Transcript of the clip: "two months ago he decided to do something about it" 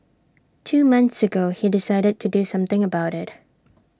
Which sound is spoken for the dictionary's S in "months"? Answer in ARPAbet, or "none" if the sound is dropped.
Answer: S